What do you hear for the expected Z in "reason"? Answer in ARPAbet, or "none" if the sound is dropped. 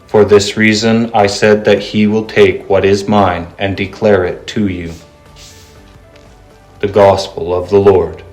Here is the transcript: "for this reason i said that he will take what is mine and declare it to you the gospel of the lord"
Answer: Z